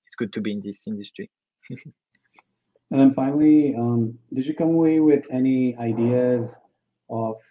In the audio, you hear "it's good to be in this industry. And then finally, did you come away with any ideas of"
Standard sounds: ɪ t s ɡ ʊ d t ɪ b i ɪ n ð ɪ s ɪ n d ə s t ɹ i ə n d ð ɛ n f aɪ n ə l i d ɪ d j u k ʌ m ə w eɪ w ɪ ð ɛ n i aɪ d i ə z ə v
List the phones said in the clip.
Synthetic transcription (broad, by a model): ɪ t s ɡ ʊ d t ɪ b i ɪ n ð ɪ s ɪ n d ə s t ɹ i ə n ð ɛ n f aɪ n l i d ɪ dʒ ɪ k ʌ m ə w eɪ w ɪ ð ɛ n i aɪ d i ə z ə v